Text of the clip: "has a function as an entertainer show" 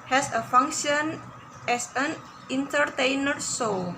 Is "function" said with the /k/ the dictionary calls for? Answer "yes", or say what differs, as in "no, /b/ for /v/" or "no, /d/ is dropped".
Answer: yes